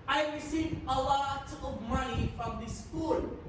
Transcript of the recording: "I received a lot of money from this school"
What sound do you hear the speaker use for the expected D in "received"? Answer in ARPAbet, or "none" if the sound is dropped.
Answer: none